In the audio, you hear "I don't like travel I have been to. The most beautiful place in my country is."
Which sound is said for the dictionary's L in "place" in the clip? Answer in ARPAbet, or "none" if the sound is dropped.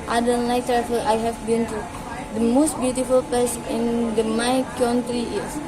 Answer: none